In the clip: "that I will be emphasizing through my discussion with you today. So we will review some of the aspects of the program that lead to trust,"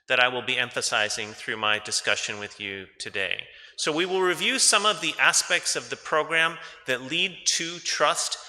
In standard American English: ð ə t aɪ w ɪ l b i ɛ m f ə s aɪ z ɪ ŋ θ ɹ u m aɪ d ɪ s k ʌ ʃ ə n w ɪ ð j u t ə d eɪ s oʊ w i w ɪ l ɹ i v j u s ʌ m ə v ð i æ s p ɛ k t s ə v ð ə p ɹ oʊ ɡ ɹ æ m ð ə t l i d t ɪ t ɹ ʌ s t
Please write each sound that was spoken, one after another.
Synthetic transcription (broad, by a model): ð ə t aɪ w ɪ l b i ɛ m f ə s aɪ z ɪ ŋ θ ɹ u m aɪ d ɪ s k ʌ ʃ ə n w ɪ ð j u t ə d eɪ s oʊ w i w ɪ l ɹ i v j u s ʌ m ə v ð i æ s p ɛ k t s ə v ð ə p ɹ oʊ ɡ ɹ æ m ð ə t l i d t ɪ t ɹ ʌ s t